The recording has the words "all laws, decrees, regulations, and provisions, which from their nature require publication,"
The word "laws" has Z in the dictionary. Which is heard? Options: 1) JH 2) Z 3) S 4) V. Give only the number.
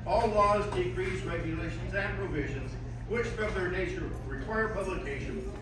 2